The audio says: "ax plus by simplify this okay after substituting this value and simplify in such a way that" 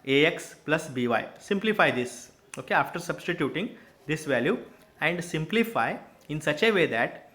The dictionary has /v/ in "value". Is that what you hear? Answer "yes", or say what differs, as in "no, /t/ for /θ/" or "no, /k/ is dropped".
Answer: yes